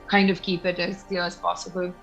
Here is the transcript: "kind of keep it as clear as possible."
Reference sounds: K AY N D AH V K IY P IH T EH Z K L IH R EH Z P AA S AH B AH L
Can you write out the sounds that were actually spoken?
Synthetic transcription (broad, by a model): K AY N D AH V K IY P IH T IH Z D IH L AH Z P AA S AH B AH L